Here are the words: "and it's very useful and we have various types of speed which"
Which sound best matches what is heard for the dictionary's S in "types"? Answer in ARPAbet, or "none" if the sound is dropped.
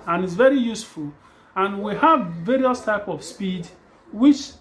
none